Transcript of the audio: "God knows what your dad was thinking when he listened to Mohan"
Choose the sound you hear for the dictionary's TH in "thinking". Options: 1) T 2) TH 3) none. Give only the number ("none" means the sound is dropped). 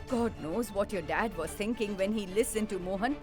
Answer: 1